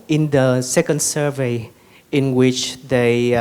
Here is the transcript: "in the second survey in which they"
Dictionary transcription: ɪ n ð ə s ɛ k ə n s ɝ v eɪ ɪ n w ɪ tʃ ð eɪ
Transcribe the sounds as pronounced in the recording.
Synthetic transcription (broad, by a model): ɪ n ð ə s ɛ k ə n s ɝ v eɪ ɪ n w ɪ tʃ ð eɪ